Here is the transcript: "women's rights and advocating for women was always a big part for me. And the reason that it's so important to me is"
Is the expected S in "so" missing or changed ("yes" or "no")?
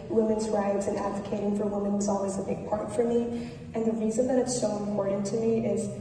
yes